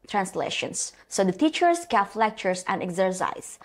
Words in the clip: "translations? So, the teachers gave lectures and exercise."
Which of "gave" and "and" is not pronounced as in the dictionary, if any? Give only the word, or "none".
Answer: gave